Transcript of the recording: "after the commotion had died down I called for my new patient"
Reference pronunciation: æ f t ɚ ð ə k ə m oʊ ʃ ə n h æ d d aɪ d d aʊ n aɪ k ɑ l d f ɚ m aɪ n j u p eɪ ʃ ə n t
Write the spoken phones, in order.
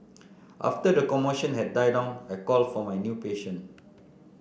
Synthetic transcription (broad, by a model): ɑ f t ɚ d ə k ə m oʊ ʃ ə n h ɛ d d aɪ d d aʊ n aɪ k ɑ l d f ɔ m aɪ n j u p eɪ ʃ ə n